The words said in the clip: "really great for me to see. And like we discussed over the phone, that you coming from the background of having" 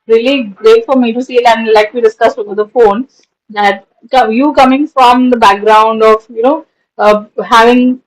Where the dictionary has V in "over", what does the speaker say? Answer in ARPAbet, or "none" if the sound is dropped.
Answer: B